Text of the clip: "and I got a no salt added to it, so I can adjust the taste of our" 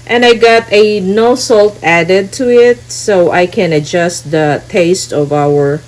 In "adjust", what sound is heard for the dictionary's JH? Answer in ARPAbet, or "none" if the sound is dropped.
JH